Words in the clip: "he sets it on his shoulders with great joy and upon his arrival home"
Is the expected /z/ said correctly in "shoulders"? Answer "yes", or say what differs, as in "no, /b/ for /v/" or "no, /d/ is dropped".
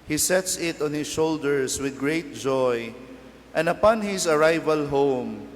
no, /s/ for /z/